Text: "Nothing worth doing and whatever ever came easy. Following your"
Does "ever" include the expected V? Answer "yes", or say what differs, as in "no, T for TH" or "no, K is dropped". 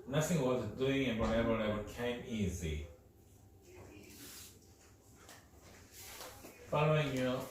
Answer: no, B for V